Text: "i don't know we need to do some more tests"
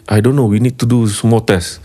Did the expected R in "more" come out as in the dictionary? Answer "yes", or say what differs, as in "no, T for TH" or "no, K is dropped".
no, L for R